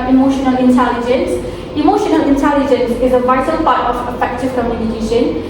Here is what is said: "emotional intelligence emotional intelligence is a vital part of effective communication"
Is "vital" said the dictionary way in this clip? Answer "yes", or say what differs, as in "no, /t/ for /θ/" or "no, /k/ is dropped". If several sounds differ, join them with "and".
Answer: yes